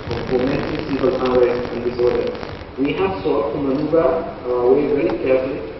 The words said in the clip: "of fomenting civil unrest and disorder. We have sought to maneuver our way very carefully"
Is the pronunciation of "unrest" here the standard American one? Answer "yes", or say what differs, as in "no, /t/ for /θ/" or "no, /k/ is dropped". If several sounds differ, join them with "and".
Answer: no, /n/ is dropped